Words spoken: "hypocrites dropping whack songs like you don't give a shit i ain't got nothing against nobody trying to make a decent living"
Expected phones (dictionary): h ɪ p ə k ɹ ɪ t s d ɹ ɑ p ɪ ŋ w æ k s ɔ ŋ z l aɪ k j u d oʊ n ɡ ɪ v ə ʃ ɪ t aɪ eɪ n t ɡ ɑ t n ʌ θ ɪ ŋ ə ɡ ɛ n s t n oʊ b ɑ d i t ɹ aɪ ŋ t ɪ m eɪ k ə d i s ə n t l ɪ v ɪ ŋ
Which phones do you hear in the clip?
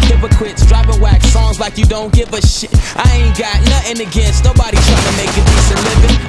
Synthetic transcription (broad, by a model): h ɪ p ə k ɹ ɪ t s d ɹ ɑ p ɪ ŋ w æ k s ɔ ŋ z l aɪ k j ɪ d oʊ n ɡ ɪ v ə ʃ ɪ t aɪ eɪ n ɡ ɑ t n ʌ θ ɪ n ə ɡ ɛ n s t n oʊ b ɑ d i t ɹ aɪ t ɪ m eɪ k ə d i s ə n l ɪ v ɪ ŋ